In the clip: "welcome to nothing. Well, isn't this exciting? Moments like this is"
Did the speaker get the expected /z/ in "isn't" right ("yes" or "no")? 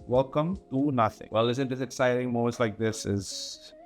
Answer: no